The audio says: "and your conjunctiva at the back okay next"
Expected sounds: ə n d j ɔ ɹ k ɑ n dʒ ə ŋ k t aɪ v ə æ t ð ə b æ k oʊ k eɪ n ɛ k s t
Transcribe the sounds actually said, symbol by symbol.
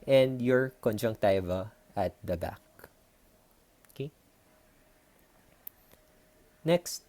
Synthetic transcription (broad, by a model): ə n d j ɔ ɹ k ɑ n dʒ ə ŋ k t aɪ v ə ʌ t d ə b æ k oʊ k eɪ n ɛ k s t